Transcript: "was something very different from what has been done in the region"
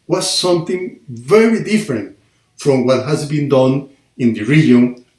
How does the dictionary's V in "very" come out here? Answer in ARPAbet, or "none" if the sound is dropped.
V